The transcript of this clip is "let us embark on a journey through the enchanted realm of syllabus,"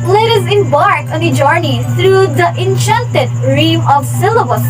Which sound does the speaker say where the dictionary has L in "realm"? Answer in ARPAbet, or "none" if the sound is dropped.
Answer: none